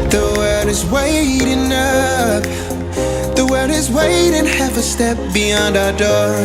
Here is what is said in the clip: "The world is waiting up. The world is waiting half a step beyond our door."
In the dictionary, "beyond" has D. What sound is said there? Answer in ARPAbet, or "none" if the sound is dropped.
D